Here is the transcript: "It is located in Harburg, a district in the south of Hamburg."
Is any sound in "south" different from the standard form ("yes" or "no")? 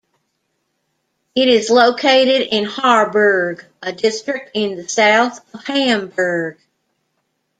no